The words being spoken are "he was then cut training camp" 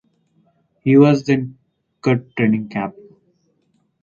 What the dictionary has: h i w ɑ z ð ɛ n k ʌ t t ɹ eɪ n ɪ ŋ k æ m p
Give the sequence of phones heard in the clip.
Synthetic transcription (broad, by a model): h i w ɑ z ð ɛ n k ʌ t t ɹ eɪ n ɪ ŋ k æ p